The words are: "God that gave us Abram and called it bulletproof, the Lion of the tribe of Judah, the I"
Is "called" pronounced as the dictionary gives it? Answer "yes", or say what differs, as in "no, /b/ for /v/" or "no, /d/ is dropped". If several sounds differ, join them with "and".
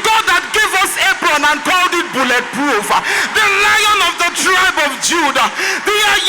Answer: yes